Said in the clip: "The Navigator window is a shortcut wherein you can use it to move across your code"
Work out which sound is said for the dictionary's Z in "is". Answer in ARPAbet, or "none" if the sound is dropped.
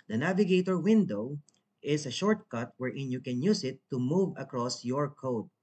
S